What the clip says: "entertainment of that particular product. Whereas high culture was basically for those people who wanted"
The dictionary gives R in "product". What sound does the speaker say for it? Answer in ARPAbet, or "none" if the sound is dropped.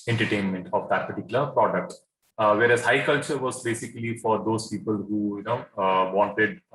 R